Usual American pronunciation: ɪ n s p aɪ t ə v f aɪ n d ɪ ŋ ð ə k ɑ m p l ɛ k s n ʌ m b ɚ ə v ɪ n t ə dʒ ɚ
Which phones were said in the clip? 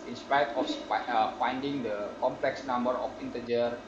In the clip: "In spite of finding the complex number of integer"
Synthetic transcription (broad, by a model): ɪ n s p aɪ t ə f f aɪ n d ɪ ŋ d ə k ɑ m p l ɛ k s n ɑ m b ɚ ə f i n t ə dʒ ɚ